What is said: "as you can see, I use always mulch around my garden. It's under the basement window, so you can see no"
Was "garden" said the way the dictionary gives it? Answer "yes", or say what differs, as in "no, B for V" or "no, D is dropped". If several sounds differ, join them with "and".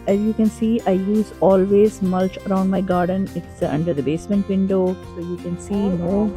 yes